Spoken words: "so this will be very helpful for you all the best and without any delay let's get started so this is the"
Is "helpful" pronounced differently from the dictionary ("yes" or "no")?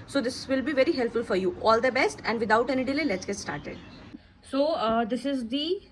no